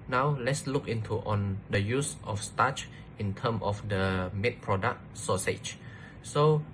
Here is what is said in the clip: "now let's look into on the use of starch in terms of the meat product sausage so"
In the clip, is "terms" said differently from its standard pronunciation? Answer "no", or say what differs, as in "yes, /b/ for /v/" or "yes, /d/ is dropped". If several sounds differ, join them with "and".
yes, /z/ is dropped